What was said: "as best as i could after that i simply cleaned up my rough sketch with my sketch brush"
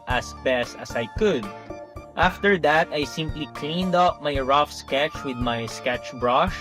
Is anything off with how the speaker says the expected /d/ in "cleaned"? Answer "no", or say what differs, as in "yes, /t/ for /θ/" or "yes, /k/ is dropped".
no